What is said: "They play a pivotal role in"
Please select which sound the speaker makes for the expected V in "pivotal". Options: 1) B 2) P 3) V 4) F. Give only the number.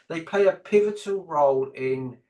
3